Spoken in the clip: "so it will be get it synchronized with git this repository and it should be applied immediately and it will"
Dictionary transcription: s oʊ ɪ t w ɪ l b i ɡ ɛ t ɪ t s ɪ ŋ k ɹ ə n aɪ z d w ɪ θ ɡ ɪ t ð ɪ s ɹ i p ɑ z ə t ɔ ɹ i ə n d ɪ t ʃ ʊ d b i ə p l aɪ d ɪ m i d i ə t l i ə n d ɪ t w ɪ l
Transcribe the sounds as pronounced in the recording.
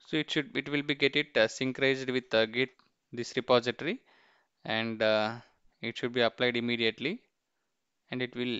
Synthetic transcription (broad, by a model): s oʊ ɪ t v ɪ l b i ɡ ɛ t ɪ t s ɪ ŋ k ɹ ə ɪ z d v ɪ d ɡ ɪ t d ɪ s ɹ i p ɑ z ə t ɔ ɹ i ə n d ɪ t ʃ ʊ d b i ə p l aɪ d ɪ m i d i ə t l i ə n d ɪ t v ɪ l